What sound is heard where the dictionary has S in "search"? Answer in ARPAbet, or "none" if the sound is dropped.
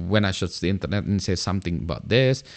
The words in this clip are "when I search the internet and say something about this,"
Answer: SH